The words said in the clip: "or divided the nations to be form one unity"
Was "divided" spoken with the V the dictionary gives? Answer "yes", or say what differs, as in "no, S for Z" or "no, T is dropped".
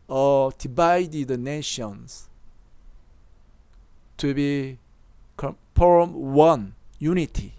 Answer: no, B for V